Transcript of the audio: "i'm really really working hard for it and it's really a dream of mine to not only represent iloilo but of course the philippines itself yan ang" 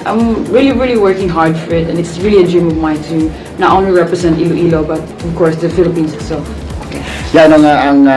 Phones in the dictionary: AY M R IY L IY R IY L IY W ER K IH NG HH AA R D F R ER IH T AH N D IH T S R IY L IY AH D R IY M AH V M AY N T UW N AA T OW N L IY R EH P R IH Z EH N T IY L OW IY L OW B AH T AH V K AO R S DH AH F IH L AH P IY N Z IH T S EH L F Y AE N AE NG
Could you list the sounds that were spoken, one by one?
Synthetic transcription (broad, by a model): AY M R IY L IY R IY L IY W ER K IH NG HH AA R D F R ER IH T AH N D IH T S R IY L IY AH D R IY M AH V M AY N T UW N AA T OW N L IY R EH P R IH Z EH N T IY L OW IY L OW B AH T AH V K AO R S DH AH F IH L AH P IY N S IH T S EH L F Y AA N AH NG